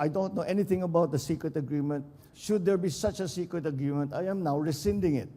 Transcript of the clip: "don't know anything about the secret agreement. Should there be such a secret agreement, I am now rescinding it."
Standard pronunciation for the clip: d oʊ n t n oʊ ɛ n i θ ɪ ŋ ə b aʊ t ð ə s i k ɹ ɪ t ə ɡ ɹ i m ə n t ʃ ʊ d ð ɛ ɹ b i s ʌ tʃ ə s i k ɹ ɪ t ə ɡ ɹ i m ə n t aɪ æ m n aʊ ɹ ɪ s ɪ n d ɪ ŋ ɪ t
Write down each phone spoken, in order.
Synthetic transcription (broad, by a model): d oʊ n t n oʊ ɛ n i t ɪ ŋ ə b aʊ t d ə s i k ɹ ɪ t ə ɡ ɹ i m ə n t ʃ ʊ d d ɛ ɹ b i s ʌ tʃ ə s i k ɹ ɪ t ə ɡ ɹ i m ə n t aɪ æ m n aʊ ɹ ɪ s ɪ n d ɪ ŋ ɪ t